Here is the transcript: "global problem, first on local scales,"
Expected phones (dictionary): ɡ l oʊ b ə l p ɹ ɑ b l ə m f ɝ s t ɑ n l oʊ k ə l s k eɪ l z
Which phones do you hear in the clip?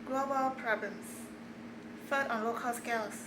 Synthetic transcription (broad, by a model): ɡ l oʊ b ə l p ɹ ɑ b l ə m f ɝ t ɑ n l oʊ k ə l s k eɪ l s